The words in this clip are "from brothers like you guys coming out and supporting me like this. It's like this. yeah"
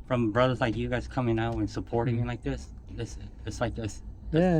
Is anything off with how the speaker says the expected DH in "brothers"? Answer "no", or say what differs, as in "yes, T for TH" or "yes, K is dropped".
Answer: no